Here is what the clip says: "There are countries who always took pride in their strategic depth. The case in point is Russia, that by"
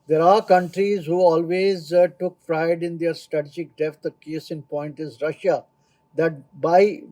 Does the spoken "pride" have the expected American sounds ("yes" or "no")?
no